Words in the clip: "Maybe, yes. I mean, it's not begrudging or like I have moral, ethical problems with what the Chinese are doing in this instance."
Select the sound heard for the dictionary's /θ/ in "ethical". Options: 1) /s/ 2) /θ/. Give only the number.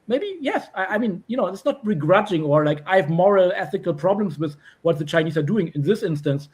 2